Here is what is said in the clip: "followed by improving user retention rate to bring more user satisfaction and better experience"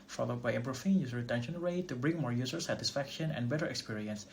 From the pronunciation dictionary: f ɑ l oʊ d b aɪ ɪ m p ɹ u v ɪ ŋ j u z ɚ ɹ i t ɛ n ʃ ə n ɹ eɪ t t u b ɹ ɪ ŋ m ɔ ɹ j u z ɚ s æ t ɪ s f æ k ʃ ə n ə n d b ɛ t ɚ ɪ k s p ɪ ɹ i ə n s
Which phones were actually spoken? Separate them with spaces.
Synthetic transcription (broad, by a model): f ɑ l oʊ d b aɪ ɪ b ɹ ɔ f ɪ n j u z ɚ ɹ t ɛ n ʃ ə n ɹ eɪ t t u b ɹ ɪ ŋ m ɔ ɹ j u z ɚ s æ t ɪ s f æ k ʃ ə n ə n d b ɛ t ɚ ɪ k s p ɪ ɹ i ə n s